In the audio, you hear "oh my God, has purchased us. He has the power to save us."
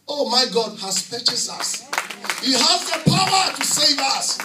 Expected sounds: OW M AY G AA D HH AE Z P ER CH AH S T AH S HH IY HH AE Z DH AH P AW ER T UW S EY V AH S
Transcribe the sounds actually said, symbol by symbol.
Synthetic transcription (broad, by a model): OW M AY G AA D HH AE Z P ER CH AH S AH S HH IY HH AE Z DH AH P AW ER T UW S EY V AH S